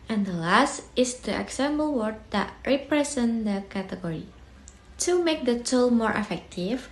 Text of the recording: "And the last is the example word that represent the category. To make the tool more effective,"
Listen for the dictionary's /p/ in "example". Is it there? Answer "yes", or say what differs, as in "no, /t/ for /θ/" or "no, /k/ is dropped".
no, /b/ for /p/